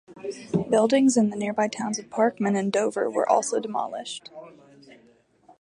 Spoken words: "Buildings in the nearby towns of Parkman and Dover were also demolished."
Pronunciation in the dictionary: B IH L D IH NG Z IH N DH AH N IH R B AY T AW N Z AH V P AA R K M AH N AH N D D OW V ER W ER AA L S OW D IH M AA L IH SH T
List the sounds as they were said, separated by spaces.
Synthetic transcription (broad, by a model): B IH L D IH NG Z IH N DH AH N IH R B AY T AW N Z AH V P AA R K M AH N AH N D D OW V ER W ER AA L S OW D IH M AA L IH SH T